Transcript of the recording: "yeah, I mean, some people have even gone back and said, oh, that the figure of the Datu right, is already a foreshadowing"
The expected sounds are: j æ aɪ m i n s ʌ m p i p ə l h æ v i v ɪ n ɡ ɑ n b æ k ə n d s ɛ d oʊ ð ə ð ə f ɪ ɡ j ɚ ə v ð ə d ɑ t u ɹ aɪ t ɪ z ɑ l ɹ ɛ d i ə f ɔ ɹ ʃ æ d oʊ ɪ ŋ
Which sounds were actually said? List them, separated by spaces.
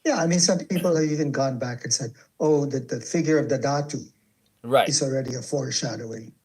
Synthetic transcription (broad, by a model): j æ aɪ m i n s ʌ m p i p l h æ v i v ɪ n ɡ ɑ n b æ k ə n s ɛ d oʊ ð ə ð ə f ɪ ɡ j ɚ ə v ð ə d ɑ t u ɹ aɪ ɪ z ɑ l ɹ ɛ d i ə f ɔ ɹ ʃ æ d oʊ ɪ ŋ